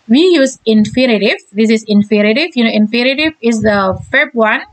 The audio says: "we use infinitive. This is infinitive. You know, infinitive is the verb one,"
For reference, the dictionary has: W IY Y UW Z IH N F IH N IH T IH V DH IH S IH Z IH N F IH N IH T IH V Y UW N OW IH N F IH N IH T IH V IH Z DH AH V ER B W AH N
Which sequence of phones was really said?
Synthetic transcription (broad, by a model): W IY Y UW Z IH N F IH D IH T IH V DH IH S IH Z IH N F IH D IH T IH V Y UW N OW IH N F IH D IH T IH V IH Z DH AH F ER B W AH N